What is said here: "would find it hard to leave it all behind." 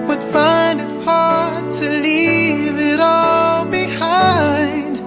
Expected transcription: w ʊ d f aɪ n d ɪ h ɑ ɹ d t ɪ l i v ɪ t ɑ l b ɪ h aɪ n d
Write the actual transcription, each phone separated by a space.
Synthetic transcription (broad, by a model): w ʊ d f aɪ n d ɪ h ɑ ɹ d t ɪ l i v ɪ t ɑ l b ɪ h aɪ n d